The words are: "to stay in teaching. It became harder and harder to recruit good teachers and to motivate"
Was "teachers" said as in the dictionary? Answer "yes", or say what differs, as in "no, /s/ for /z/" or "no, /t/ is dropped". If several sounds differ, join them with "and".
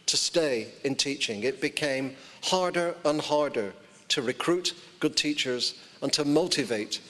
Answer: yes